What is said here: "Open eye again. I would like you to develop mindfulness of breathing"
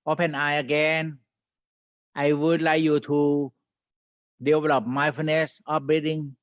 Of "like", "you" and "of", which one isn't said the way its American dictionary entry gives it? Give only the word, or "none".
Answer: of